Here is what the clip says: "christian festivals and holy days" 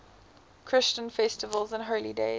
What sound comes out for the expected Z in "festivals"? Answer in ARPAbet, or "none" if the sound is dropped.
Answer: Z